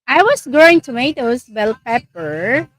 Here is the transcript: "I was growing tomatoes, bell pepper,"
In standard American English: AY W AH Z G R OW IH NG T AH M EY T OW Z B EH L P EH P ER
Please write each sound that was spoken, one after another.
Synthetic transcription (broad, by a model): AY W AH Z G OW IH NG T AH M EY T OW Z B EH L P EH P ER